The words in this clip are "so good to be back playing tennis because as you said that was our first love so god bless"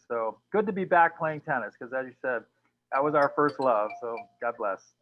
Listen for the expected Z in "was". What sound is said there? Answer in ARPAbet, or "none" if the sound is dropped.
Z